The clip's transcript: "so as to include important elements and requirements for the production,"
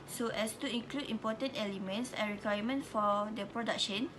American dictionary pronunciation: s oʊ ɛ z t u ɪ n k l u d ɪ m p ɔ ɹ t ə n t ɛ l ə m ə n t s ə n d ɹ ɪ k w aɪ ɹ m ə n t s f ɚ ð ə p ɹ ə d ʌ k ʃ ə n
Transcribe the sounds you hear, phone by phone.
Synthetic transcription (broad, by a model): s oʊ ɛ s t u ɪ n k l u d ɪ m p ɔ t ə n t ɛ l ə m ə n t s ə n ɹ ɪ k w aɪ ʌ m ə n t f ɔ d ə p ɹ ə d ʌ k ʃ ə n